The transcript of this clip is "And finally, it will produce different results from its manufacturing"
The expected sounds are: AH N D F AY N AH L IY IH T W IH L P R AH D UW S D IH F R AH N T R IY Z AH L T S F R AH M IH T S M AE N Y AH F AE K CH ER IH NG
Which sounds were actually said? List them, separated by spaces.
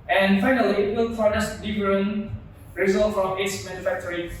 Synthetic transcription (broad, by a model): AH N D F AY N AH L IY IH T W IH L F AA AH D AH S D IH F R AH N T R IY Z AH L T F R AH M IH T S M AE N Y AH F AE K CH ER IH